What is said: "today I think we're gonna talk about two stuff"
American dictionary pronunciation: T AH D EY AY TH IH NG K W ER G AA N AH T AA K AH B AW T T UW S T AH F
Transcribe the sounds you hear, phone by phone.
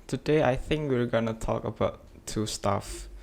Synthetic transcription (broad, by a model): T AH D EY AY TH IH NG K W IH G AA N AH T AA K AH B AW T T UW S T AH F